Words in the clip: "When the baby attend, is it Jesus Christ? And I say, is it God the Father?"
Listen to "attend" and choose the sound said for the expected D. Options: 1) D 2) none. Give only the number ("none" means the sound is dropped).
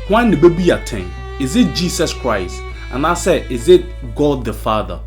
2